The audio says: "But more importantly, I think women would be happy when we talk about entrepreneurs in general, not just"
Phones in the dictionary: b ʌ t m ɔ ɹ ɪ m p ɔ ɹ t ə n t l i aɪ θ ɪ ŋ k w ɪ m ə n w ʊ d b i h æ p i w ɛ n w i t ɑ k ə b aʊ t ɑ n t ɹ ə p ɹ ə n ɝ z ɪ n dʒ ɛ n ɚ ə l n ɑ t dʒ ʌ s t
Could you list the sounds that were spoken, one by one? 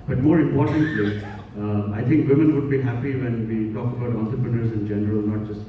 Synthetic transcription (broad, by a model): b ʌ t m ɔ ɹ ɪ m p ɔ ɹ t ə n t l i aɪ t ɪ ŋ k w ɪ m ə n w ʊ d b i h æ p i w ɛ n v i t ɑ k ə b aʊ t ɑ n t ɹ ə p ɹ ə n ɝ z ɪ n dʒ ɛ n ɚ ə l n ɑ t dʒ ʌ s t